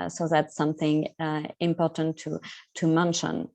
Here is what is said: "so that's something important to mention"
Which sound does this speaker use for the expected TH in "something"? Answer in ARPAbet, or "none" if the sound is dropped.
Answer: TH